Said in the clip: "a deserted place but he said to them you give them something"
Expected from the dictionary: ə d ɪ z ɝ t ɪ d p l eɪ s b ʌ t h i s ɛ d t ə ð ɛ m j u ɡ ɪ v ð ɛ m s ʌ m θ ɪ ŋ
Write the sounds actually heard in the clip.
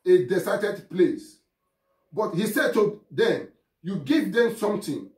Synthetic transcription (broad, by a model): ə d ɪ s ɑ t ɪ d p l eɪ s b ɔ t h i s ɛ d t ə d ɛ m j u ɡ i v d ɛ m s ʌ m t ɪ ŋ